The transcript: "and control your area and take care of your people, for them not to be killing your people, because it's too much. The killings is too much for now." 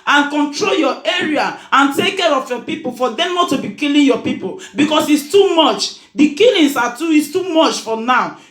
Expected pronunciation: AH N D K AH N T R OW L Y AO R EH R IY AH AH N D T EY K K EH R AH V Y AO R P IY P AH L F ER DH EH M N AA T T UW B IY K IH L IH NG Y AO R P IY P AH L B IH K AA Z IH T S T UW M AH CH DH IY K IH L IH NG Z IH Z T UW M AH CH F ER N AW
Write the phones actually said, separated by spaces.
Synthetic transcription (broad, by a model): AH N K AH N T R OW L Y AO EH R IY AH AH N T EY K K EH R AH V Y AO P IY P AH L F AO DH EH M N AA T T UW B IY K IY L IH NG Y AO P IY P AH L B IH K AA S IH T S T UW M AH CH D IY K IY L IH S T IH S T UW M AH CH F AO N AW